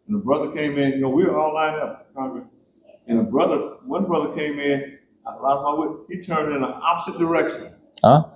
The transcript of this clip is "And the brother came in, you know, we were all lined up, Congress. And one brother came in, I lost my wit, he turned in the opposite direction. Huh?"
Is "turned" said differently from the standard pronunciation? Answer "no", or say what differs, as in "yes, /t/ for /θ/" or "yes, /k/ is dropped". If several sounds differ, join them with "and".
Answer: no